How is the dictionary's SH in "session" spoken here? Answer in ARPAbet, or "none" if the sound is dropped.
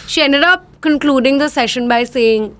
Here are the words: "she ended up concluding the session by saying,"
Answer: SH